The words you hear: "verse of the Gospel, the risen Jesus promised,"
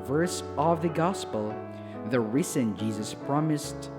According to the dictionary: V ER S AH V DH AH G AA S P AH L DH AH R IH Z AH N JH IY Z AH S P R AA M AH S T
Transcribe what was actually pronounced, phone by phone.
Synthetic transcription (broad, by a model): V ER S AH V DH AH G AA S P AH L DH AH R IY S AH N JH IY Z AH S P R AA M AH S T